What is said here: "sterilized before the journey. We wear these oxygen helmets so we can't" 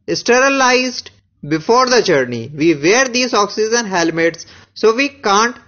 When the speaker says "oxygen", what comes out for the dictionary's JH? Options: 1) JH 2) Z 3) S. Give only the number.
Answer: 2